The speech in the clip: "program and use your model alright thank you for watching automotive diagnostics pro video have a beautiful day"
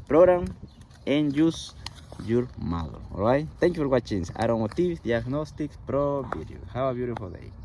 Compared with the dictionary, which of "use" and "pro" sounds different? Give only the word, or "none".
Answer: none